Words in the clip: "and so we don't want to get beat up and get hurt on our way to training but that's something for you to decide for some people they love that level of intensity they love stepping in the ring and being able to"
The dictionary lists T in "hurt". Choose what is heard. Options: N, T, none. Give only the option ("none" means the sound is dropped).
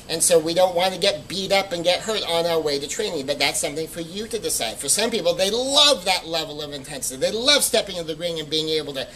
T